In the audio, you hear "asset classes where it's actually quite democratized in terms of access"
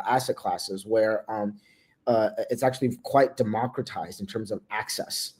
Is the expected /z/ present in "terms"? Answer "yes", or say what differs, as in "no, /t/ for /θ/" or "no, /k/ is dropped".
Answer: yes